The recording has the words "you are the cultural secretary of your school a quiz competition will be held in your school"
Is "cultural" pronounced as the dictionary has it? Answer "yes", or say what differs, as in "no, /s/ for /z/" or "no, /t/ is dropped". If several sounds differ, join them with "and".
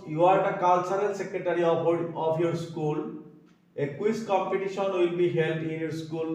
no, /s/ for /tʃ/